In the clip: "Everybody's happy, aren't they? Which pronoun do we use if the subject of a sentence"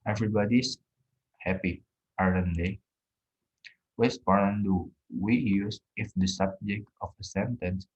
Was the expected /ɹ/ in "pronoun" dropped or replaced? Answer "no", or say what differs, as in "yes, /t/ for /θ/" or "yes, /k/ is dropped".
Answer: yes, /ɹ/ is dropped